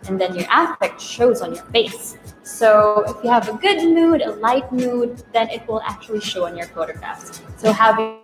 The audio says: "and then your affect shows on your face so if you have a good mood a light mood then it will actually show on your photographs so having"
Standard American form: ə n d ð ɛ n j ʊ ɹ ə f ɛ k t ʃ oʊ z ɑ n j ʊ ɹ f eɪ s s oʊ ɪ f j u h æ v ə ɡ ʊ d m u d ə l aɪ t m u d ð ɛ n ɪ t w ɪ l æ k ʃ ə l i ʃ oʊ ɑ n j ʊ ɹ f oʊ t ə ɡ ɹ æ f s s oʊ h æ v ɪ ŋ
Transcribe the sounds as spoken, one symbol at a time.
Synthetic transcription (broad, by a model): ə n ð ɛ n j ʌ ɹ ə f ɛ k t ʃ oʊ z n j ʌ ɹ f eɪ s s oʊ ɪ f j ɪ v ə ɡ ʊ d m u d ə l aɪ t m u d ð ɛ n ɪ t w ɪ l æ k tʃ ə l i ʃ oʊ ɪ n j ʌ ɹ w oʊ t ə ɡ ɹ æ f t s oʊ h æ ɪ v